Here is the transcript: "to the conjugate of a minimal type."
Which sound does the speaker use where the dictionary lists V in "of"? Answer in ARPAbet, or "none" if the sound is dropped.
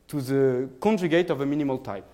V